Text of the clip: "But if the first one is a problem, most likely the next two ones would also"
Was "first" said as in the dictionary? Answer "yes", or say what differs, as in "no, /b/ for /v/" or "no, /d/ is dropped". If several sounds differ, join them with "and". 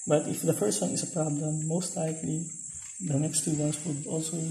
no, /p/ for /f/